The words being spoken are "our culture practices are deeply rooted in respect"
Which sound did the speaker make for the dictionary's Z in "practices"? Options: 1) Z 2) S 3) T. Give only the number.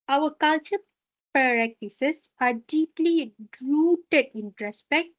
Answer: 2